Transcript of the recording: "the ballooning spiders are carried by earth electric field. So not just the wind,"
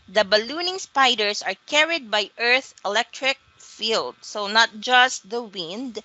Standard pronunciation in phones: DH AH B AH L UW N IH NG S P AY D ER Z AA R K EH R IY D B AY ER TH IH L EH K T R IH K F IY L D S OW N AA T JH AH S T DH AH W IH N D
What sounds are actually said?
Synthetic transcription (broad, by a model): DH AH B AH L UW N IH NG S P AY D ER S AA R K EH R IY D B AY ER TH IH L EH K T R IH K F IY L D S OW N AA T JH AH S T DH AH W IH N D